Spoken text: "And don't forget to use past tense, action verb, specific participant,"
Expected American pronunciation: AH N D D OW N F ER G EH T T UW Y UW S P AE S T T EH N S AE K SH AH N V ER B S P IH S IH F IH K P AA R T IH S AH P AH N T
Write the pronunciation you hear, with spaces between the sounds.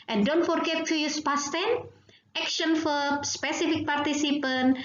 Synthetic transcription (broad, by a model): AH N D D OW N F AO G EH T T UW Y UW S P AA S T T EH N EH K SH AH N F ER S P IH S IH F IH K P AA R T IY S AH P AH N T